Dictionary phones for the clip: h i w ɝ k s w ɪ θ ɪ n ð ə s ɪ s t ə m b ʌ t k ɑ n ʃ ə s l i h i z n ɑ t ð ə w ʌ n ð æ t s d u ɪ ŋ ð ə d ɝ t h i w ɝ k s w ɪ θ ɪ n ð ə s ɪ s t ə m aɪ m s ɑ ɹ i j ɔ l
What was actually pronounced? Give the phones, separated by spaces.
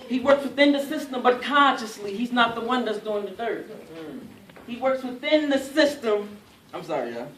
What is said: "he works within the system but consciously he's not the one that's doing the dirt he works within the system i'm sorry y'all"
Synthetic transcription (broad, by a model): h i w ɝ k s w ɪ θ ɪ n ð ə s ɪ s t ə m b ʌ t k ɑ n ʃ ə s l i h i z n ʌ t ð ə w ʌ n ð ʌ t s d u ɪ ŋ ð ə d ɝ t h i w ɝ k s w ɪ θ ɪ n ð ə s ɪ s t ə m aɪ m s ɑ ɹ i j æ